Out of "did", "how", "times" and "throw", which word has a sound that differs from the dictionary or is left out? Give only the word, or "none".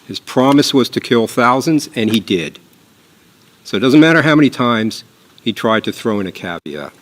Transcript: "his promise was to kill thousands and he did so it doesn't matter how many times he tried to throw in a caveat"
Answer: none